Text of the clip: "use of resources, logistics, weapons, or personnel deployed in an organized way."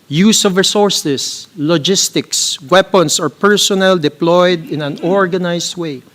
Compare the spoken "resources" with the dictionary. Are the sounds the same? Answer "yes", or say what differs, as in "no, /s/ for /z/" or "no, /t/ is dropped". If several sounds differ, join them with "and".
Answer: no, /s/ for /z/